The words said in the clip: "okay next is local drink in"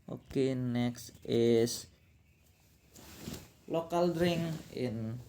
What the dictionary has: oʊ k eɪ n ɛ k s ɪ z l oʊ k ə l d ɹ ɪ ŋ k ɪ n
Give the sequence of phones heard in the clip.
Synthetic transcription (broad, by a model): oʊ k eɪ n ɛ k s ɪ s l oʊ k ə l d ɹ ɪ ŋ ɪ n